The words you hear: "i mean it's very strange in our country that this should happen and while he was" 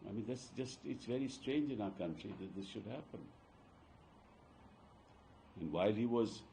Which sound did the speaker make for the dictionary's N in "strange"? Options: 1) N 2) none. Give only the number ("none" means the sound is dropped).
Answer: 1